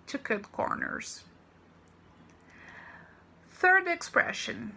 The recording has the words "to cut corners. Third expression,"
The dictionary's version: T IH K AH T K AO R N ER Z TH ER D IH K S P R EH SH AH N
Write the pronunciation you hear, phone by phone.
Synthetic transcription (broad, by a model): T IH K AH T K AO R N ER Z TH ER D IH K S P R EH SH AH N